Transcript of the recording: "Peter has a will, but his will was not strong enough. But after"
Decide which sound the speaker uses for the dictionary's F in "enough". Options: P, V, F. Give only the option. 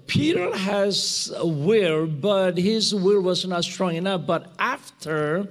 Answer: P